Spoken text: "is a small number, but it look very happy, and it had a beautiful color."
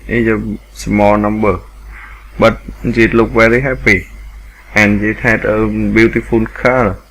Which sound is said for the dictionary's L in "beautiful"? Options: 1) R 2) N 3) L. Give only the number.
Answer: 2